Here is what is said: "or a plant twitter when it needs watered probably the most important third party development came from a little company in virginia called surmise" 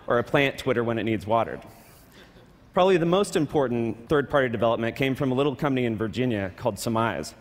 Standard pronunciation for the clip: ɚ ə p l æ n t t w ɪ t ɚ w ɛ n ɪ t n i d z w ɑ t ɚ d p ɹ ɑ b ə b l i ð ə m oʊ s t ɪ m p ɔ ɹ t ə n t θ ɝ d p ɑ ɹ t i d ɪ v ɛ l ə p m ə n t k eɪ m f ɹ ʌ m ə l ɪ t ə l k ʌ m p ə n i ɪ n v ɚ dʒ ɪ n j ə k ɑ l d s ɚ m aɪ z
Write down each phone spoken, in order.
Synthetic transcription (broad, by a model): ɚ ə p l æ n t t w ɪ t ɚ w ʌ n ɪ t n i d z w ɑ t ɚ d p ɹ ɑ b ə b l i ð ə m oʊ s t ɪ m p ɔ ɹ t n θ ɝ d p ɑ ɹ t i d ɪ v ɛ l ə p m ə n k eɪ m f ɹ ʌ m ə l ɪ t l k ʌ m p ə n i ɪ n v ɚ dʒ ɪ n j ə k ɑ l d s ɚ m aɪ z